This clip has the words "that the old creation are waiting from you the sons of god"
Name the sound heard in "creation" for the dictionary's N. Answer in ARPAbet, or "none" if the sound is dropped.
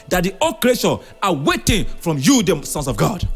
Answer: none